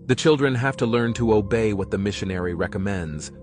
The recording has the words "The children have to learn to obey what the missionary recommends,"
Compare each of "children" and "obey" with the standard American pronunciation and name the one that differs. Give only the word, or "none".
none